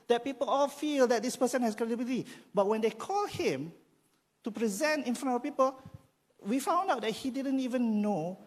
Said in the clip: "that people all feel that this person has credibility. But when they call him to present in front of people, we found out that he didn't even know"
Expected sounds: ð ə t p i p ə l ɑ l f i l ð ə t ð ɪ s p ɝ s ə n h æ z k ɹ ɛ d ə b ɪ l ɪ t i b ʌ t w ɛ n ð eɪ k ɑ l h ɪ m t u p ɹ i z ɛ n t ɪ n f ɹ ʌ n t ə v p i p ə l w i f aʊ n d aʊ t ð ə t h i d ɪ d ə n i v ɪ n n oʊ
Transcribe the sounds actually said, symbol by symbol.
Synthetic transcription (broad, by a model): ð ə t p i p ə l ɑ l f i l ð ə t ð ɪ s p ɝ s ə n h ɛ s k ɹ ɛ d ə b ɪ l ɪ t i b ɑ t w ɛ n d eɪ k ɑ l h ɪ m t u p ɹ i z ɛ n t ɪ n f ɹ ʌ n ə p i p ə l w i f aʊ n d aʊ t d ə t h i d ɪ d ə n i v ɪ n n oʊ